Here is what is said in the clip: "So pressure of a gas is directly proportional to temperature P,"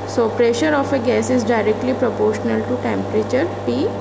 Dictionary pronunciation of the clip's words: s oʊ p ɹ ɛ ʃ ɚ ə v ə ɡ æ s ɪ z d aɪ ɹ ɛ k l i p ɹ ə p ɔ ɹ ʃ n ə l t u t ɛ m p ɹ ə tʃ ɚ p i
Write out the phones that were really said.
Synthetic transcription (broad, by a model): s oʊ p ɹ ɛ ʃ ɚ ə f ə ɡ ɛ s ɪ z d aɪ ɹ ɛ k l i p ɹ ə p ɔ ɹ ʃ n ə l t u t ɛ m p ɹ ə tʃ ɚ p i